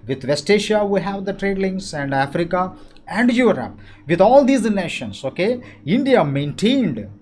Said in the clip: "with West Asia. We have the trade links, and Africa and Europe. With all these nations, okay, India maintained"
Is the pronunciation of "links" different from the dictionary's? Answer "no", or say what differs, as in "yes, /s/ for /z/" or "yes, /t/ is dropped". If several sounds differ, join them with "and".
yes, /k/ is dropped